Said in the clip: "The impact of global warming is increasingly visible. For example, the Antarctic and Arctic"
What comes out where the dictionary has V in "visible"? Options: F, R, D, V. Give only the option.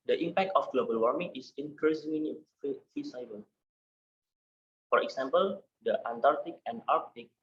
F